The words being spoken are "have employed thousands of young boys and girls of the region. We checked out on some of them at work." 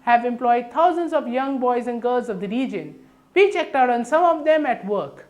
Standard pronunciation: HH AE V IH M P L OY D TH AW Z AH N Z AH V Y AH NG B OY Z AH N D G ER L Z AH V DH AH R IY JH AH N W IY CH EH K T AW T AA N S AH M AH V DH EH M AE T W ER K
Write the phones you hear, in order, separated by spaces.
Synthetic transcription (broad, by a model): HH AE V IH M P L OY D T AW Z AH N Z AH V Y AH NG B OY Z AH N D G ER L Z AH V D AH R IY JH AH N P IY CH EH K T AW T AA N S AH M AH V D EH M AE T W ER K